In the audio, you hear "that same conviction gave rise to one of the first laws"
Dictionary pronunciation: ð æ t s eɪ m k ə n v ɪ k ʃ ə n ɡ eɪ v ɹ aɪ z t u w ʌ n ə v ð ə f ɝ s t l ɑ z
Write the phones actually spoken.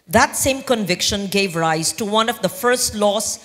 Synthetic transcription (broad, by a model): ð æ t s eɪ m k ə n v ɪ k ʃ ə n ɡ eɪ v ɹ aɪ z t u w ʌ n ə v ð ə f ɝ s t l ɑ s